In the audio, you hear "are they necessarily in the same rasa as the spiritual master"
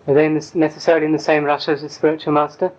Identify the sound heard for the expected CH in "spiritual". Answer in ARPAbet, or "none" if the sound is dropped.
CH